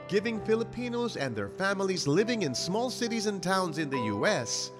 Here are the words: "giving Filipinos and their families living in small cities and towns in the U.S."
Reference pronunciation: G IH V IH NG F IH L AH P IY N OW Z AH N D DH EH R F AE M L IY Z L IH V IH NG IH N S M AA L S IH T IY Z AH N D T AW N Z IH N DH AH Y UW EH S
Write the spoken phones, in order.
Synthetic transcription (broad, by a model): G IH V IH NG F IH L AH P IY N OW Z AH N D DH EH R F AE M L IY Z L IH V IH NG IH N S M AA L S IH T IY Z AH N T AW N Z IH N DH AH Y UW EH S